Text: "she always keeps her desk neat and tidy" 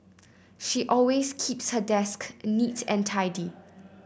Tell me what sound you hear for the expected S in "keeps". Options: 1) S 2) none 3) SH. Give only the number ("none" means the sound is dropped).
1